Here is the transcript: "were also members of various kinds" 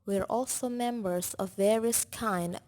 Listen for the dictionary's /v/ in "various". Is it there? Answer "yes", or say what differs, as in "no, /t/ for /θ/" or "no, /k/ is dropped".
yes